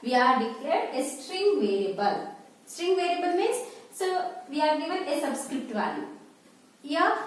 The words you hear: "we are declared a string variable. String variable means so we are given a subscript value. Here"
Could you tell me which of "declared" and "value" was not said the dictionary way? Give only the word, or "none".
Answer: value